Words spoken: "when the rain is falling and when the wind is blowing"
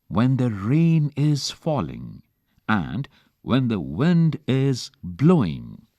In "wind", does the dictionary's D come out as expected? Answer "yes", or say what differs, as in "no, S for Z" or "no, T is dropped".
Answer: yes